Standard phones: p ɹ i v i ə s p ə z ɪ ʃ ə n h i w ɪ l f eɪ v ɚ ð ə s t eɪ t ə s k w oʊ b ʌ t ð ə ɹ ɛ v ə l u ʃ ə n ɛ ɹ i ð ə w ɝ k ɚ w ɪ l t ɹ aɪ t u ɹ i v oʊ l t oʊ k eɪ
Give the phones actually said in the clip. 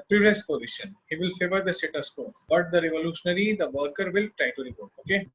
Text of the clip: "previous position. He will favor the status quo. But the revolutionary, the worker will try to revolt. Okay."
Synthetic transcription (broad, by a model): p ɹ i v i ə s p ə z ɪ ʃ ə n h i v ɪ l f eɪ v ɚ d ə s t eɪ t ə s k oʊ b ʌ t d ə ɹ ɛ v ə l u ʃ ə n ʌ ɹ i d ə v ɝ k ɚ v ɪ l t ɹ aɪ t u ɹ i p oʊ t oʊ k eɪ